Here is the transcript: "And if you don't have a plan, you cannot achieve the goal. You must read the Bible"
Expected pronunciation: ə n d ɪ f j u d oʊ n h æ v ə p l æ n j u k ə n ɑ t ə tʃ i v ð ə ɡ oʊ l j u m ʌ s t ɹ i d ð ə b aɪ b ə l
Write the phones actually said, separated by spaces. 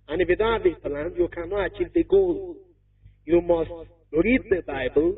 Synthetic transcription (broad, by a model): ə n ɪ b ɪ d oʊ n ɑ b ə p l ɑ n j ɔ k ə n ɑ ə tʃ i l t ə ɡ oʊ l j u m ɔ s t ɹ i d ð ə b aɪ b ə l